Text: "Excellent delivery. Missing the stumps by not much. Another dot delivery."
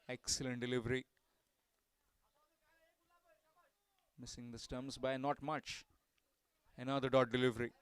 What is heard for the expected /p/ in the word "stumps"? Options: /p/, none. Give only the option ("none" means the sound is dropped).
none